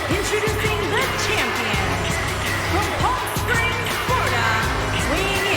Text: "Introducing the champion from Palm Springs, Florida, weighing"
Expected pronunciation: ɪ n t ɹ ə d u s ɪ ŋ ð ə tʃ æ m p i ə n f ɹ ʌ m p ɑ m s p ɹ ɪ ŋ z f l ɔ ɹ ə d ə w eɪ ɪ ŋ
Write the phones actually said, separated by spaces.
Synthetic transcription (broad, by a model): ɪ n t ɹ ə d u s ɪ ŋ ð ə tʃ æ m p i ə n f ɹ ʌ m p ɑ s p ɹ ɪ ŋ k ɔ ɹ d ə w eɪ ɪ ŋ